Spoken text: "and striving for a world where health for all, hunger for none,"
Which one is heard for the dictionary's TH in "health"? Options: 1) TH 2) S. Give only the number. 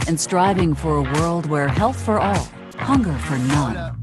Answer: 1